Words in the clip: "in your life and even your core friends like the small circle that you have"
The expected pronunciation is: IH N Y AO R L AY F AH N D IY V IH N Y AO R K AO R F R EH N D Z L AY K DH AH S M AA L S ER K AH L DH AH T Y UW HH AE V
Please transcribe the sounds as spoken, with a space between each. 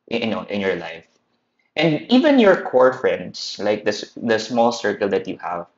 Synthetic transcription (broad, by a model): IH N Y AO R L AY F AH N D IY V IH N Y AO R K AO R F R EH N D S L AY K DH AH S M AA L S ER K AH L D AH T Y UW HH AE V